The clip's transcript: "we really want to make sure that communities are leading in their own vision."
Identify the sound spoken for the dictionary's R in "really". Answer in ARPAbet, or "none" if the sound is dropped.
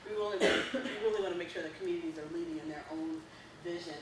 L